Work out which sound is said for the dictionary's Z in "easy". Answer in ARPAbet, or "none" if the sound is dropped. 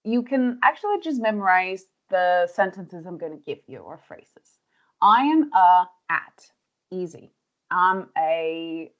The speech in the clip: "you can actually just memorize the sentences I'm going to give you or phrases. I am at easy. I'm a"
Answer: Z